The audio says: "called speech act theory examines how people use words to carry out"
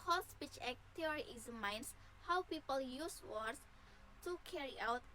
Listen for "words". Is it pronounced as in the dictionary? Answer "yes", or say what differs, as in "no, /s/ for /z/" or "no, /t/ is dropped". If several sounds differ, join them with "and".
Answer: no, /s/ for /z/